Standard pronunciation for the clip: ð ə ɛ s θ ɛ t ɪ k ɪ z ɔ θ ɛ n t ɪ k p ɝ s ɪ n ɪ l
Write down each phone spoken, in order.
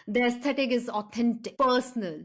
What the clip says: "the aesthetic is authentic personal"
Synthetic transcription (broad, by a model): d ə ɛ s t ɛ t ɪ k ɪ z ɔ t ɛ n t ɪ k p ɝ s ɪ n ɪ l